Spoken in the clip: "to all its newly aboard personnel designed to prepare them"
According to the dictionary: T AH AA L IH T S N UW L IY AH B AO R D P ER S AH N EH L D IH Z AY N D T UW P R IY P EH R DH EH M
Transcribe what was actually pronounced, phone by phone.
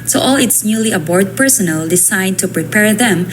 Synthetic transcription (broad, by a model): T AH AA L IH T S N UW L IY AH B AO R D P ER S AH N EH L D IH S AY D T UW P R IY P EH R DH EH M